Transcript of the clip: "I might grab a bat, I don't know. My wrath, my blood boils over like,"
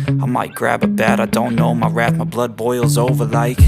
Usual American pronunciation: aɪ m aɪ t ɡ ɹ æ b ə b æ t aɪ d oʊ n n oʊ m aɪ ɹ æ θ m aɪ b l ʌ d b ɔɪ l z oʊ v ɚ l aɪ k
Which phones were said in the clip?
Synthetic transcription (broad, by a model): aɪ m aɪ t ɡ ɹ æ b ə b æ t aɪ d oʊ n n oʊ m aɪ ɹ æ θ m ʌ b l ʌ d b ɔɪ l z oʊ v ɚ l aɪ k